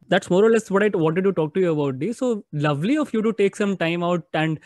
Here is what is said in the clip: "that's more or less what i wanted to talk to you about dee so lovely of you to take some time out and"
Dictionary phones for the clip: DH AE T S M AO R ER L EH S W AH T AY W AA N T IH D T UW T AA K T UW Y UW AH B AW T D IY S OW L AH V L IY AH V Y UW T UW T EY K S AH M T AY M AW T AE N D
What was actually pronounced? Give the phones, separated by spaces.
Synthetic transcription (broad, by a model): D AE T S M AO R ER L EH S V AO T AY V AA N T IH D T UW T AA K T UW Y UW AH B AW T D IY S OW L AH V L IY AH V Y UW T UW T EY K S AH M T AY M AW T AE N D